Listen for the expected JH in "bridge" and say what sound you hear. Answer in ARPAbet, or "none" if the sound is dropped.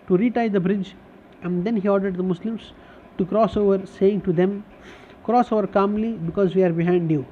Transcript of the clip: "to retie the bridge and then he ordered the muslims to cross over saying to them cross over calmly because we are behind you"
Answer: JH